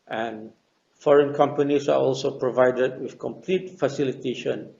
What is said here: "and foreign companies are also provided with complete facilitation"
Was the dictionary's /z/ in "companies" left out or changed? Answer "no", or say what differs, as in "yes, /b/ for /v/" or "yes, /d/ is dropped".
yes, /s/ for /z/